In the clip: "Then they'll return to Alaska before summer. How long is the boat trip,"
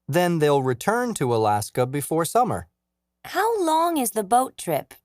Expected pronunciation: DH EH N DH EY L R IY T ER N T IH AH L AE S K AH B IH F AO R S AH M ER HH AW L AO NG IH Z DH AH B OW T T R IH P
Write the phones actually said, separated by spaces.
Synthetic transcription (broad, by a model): DH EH N DH EY L R IY T ER N T IH AH L AE S K AH B IH F AO R S AH M ER HH AW L AO NG IH Z DH AH B OW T T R IH P